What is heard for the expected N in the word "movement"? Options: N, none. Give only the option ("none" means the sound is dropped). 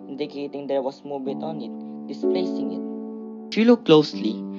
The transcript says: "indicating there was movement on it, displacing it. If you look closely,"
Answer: none